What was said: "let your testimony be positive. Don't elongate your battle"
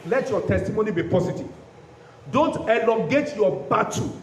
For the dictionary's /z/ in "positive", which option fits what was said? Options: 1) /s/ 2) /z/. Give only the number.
1